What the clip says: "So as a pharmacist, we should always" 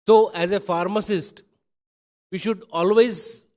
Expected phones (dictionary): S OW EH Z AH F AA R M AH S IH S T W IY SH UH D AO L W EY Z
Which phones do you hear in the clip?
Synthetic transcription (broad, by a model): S OW EH Z AH F AA R M AH S IH S T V IY SH UH D AO L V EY Z